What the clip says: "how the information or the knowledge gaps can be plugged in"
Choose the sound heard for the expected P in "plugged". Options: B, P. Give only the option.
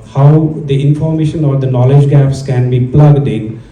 P